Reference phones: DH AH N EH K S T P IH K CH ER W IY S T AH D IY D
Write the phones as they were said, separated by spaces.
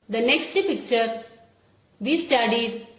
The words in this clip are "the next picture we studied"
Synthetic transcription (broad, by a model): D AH N EH K S T P IH K CH ER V IY S T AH D IY D